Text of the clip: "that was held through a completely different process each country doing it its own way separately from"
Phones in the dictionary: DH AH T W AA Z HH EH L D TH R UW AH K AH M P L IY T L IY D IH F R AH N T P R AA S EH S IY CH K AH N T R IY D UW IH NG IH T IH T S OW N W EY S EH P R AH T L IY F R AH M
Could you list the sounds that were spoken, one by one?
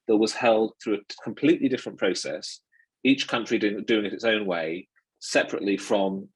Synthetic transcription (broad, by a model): DH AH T W AA Z HH EH L D TH R UW AH K AH M P L IY T L IY D IH F R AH N P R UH S EH S IY CH K AH N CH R IY D UW IH NG IH T IH T S OW N W EY S EH P R AH T L IY F R AH M